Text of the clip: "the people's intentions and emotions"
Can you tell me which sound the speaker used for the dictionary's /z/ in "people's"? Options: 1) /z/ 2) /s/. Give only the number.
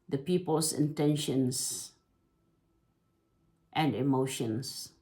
2